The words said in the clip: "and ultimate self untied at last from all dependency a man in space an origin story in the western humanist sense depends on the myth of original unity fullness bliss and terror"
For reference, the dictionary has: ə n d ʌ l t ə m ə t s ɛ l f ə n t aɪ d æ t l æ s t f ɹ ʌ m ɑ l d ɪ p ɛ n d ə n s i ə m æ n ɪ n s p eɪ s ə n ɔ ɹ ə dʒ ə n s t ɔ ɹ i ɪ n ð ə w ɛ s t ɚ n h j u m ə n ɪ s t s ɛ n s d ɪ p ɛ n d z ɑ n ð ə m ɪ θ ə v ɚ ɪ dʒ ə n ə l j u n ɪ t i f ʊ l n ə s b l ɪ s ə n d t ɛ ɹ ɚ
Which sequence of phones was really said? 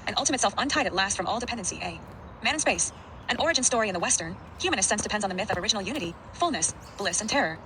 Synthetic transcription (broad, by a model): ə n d ʌ l t ə m ə t s ɛ l f ə n t aɪ d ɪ t l æ s t f ɹ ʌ m ɑ l d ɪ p ɛ n d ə n s i ə m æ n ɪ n s p eɪ s ə n ɔ ɹ ə dʒ ə n s t ɔ ɹ i ɪ n ð ə w ɛ s t ɚ n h j u m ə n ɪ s s ɛ n s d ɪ p ɛ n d z n ð ə m ɪ θ ə v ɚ ɪ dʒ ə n l j u n ɪ t i f ʊ l n ə s b l ɪ s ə n t ɛ ɹ ɚ